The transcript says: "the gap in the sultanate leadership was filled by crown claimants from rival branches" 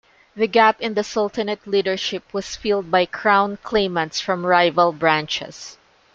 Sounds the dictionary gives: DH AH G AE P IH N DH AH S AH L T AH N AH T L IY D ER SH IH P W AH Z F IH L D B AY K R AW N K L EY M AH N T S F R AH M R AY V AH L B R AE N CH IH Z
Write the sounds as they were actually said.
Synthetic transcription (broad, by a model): DH AH G AE P IH N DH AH S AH L T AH N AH T L IY D ER SH IH P W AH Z F IH L D B AY K R AW N K L EY M AH N T S F R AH M R AY V AH L B R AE N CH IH S